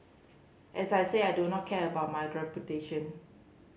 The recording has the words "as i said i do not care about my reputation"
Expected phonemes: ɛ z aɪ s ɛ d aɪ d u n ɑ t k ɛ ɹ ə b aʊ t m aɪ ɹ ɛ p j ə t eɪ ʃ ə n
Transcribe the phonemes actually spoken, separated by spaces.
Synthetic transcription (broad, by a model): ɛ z aɪ s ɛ aɪ d u n ɑ t k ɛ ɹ ə b aʊ t m aɪ ɹ ɛ p j ə t eɪ ʃ ə n